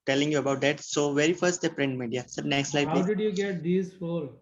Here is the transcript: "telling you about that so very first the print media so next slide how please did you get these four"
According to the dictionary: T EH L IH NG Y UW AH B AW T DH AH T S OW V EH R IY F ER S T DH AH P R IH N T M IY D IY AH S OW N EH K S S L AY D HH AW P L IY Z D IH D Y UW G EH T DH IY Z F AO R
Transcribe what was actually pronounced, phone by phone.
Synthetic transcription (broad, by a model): T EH L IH NG Y UW AH B AW T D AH T S OW V EH R IY F ER S T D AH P R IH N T M IY D IY AH S OW N EH K S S L AY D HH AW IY D IH D Y UW G EH T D IY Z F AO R